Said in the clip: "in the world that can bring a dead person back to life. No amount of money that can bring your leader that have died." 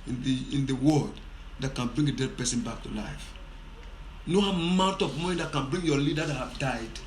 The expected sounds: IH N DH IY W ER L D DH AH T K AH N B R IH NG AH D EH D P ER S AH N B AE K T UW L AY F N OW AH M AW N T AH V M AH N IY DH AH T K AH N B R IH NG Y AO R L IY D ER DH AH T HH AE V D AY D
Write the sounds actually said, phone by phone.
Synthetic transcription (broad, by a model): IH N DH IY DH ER W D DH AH T K AH N B R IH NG AH D EH D P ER S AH N B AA K T UW L AY F N OW AH M AW N T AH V M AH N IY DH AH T K AH N B R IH NG Y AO L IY D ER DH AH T HH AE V D AY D